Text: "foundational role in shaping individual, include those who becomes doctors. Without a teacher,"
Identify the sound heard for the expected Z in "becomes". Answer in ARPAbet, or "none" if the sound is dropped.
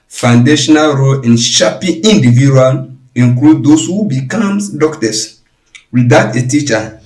none